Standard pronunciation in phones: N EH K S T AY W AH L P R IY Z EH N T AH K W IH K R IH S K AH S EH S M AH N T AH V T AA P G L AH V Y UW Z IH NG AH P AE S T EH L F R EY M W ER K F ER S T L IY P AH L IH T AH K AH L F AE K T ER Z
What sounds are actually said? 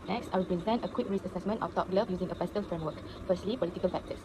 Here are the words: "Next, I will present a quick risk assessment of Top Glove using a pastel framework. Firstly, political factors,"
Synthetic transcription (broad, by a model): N EH K S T AY W AH L P R IY Z EH N T AH K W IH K R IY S AH S EH S M AH N T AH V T AA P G L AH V Y UW Z IH NG AH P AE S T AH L F R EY M W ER K F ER S T L IY P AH L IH T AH K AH L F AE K T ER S